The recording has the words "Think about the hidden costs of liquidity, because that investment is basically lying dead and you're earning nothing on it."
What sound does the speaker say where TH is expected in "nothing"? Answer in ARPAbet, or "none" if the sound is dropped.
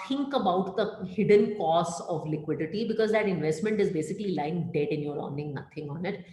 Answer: T